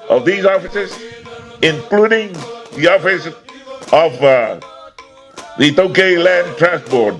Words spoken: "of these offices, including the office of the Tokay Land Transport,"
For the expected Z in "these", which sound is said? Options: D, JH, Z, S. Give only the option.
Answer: Z